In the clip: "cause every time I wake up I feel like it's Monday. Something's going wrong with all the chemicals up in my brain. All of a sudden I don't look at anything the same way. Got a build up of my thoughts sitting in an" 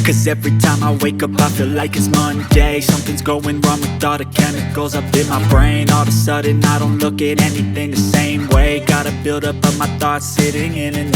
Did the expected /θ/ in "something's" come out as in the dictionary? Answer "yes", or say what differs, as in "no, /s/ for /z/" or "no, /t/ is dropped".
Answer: yes